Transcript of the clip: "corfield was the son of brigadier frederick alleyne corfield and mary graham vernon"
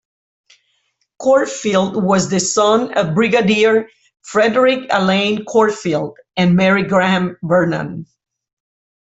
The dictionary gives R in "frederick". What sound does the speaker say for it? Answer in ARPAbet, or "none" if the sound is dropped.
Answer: R